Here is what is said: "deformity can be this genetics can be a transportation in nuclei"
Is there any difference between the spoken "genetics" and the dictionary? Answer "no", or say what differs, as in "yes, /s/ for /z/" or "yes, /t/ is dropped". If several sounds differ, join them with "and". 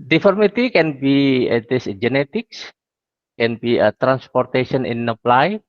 no